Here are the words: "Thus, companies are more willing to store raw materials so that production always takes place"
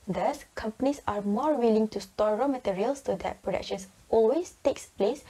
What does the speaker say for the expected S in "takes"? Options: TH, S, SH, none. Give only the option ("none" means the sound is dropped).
S